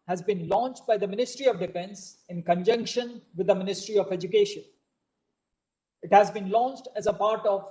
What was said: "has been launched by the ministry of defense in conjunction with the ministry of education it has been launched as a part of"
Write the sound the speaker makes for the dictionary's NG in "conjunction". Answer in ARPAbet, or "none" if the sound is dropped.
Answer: NG